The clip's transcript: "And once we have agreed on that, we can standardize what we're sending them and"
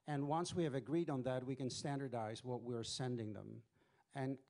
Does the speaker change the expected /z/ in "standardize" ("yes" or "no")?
no